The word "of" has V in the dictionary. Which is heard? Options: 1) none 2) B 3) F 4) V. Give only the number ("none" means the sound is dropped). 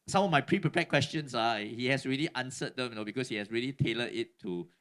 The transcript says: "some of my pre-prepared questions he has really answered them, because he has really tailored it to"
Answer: 3